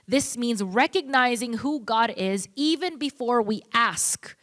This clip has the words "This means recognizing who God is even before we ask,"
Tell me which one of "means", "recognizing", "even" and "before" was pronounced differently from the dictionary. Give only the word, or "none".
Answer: none